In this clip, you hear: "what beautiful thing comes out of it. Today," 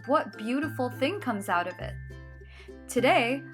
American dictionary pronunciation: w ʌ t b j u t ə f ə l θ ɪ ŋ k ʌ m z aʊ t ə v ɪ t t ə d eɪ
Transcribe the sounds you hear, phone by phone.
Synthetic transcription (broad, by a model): w ʌ t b j u t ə f l θ ɪ ŋ k ʌ m z aʊ t ə v ɪ t t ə d eɪ